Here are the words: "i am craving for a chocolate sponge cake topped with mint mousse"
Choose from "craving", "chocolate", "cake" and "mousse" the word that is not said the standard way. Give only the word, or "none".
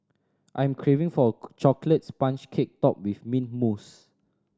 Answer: none